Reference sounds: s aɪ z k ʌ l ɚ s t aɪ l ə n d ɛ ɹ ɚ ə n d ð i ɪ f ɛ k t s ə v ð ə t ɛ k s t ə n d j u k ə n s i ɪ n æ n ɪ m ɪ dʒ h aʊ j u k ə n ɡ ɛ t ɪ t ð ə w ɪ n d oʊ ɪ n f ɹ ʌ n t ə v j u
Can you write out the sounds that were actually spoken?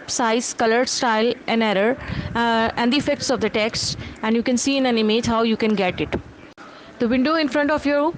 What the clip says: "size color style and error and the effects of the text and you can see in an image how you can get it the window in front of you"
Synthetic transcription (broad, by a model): s aɪ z k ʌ l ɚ s t aɪ l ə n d ɛ ɹ ɚ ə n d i ɪ f ɛ k t s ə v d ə t ɛ k s t ə n d j u k ə n s i ɪ n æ n ɪ m ɪ dʒ h aʊ j u k ə n ɡ ɛ t ɪ t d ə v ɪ n d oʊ ɪ n f ɹ ʌ n t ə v j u